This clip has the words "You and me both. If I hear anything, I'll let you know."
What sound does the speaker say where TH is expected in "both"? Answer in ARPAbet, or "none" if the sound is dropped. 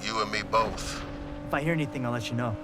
TH